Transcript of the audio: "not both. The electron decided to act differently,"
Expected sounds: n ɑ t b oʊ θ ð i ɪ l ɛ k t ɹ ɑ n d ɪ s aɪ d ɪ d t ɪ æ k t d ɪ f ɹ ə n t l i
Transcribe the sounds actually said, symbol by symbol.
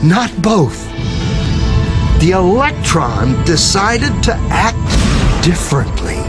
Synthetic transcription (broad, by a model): n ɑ t b oʊ θ ð i ɪ l ɛ k t ɹ ɑ n d ɪ s aɪ d ɪ d t ɪ æ k t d ɪ f ɹ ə n t l i